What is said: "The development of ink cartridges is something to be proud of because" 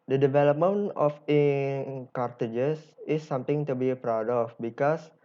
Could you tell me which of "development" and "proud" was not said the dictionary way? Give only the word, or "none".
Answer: development